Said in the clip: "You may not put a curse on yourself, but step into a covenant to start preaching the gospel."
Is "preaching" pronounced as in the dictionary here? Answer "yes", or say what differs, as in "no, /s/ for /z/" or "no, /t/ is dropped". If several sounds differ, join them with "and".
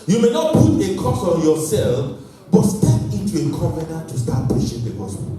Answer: no, /ɹ/ is dropped and /ʃ/ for /tʃ/